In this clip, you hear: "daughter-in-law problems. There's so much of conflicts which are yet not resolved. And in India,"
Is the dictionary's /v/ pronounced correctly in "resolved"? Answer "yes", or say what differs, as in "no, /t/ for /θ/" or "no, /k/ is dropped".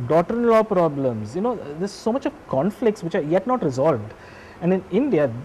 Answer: yes